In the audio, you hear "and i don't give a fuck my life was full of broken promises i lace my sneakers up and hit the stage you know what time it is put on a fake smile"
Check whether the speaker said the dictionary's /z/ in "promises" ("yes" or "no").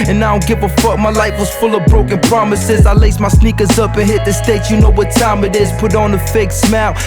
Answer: yes